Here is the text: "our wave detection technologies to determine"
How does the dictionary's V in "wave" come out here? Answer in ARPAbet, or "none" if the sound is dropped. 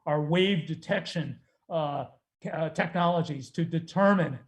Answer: V